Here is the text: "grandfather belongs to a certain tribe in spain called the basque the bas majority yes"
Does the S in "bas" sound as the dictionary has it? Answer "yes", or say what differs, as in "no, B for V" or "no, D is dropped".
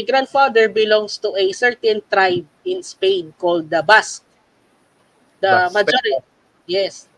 no, S is dropped